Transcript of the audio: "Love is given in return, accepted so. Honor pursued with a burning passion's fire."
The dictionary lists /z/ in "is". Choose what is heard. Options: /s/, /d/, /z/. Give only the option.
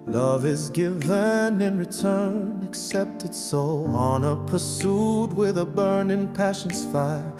/z/